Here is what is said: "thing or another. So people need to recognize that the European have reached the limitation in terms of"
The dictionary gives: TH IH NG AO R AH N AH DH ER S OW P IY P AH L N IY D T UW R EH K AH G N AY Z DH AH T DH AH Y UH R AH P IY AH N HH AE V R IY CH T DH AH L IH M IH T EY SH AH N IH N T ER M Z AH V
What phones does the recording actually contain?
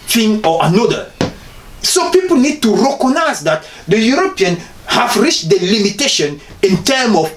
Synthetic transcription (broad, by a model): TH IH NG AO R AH N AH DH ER S OW P IY P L N IY D T UW R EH K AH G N AY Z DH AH T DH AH Y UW R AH P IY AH N HH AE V R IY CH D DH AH L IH M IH T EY SH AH N IH N T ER M AH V